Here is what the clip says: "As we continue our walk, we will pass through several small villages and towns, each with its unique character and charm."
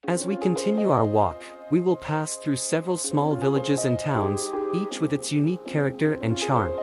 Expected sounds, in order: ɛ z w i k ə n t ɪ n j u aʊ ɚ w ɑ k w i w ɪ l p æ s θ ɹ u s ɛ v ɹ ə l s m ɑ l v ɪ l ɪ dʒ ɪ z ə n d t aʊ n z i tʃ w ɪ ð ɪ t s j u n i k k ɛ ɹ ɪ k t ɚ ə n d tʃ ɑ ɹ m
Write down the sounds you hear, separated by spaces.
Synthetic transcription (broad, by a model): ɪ z w i k ə n t ɪ n j u aʊ ɚ w ɑ k w i w ɪ l p æ s θ ɹ u s ɛ v ɹ ə l s m ɑ l v ɪ l ɪ dʒ ɪ z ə n t aʊ n z i tʃ w ɪ ð ɪ t s j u n i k k ɛ ɹ ɪ k t ɚ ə n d tʃ ɑ ɹ m